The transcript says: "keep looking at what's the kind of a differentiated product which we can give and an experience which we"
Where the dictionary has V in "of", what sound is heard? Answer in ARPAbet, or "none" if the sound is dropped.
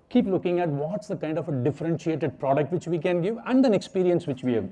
F